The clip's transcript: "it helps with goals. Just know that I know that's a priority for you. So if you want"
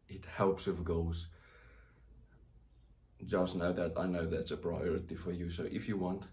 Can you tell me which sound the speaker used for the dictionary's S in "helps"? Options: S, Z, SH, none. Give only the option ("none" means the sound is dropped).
S